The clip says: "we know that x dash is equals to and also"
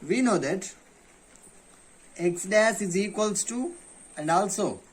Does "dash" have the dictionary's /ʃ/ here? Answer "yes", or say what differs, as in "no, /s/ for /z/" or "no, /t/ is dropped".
no, /s/ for /ʃ/